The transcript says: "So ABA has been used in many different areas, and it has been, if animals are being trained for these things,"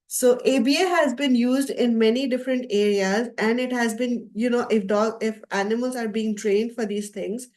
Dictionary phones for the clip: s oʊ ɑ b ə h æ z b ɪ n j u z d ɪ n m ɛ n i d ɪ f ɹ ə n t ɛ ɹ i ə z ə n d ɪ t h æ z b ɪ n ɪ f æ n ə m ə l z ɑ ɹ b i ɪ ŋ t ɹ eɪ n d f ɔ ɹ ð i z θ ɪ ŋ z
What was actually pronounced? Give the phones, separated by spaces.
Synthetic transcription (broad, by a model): s oʊ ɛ b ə h æ z b ɪ n j u z d ɪ n m ɛ n i d ɪ f ɹ ə n t ɛ ɹ i ə z ə n d ɪ t h æ z b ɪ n ɪ f æ n ə m ə l z ɑ ɹ b i ɪ ŋ t ɹ eɪ n d f ɔ ɹ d i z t ɪ ŋ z